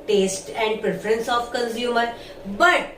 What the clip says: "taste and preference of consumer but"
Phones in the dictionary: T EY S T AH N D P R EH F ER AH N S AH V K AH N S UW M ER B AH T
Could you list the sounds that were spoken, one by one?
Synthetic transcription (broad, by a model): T EY S T AH N D P R EH F ER AH N S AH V K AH N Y UW M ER B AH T